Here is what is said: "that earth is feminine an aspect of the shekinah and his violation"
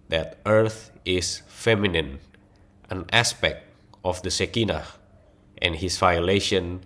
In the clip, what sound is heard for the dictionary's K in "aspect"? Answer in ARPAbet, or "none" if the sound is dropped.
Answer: K